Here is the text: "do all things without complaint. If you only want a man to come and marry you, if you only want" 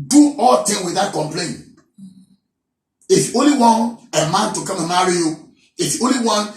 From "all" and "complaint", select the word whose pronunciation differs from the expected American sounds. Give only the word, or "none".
complaint